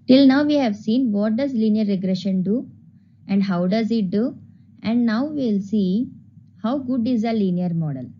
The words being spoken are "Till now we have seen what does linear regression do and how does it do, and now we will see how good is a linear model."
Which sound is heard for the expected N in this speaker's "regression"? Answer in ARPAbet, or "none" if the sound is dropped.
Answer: N